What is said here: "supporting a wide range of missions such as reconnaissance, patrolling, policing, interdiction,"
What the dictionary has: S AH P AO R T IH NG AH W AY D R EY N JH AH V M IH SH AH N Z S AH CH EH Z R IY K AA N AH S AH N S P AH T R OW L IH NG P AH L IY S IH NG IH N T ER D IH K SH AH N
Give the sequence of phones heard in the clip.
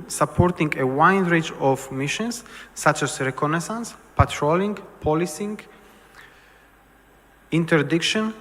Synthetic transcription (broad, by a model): S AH P AO R T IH NG AH W AY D R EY JH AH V M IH SH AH N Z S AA CH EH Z R IY K AA N AH S AH N S P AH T R OW L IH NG P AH L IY S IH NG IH N T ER D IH K SH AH N